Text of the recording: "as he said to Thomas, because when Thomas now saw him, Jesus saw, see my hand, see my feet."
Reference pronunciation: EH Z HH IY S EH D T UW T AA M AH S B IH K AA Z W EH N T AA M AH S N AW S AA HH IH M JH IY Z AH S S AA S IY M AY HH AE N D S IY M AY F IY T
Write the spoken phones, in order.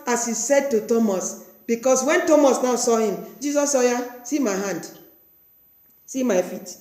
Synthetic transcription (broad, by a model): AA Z HH IY S EH D T UW T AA M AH S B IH K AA S W EH N T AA M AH S N AW S AA HH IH M JH IY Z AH S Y AA S IY M AY HH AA N D S IY M AY F IY T